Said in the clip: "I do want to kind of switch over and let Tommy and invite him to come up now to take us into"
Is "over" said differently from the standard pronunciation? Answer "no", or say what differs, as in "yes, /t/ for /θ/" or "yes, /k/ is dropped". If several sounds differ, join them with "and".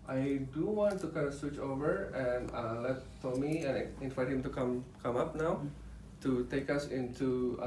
no